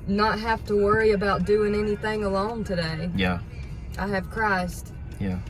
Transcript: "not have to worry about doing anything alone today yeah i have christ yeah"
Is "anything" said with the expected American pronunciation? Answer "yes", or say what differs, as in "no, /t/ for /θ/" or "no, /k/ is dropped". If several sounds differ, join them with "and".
yes